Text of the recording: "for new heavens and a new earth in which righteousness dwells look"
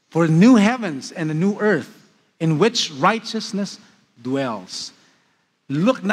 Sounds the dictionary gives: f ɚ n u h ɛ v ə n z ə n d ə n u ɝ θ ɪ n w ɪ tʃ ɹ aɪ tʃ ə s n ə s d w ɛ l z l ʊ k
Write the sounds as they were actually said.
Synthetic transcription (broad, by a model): f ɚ n u h ɛ v ə n z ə n ə n u ɝ θ ɪ n w ɪ tʃ ɹ aɪ tʃ ə s n ə s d w ɛ l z l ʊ k